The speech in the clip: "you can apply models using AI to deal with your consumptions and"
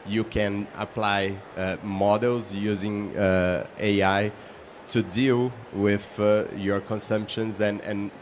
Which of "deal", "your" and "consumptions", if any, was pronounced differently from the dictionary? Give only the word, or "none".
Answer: none